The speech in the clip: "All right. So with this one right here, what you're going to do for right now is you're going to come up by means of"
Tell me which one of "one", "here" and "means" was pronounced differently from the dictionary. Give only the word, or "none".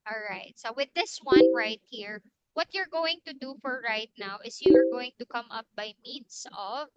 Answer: means